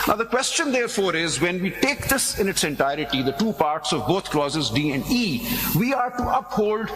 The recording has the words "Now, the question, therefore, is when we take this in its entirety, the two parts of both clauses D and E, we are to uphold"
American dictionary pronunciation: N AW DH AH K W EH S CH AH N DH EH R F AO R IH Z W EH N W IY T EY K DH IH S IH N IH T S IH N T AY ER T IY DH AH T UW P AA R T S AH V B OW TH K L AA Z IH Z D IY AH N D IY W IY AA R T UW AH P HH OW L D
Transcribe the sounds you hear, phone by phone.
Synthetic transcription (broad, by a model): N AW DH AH K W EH S CH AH N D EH R F AO R IH Z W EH N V IY T EY K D IH S IH N IH T S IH N T AY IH T IY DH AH T UW P AA R T S AH V B OW T K L AA Z IH Z D IY AH N D IY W IY AA R T UW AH P HH OW L D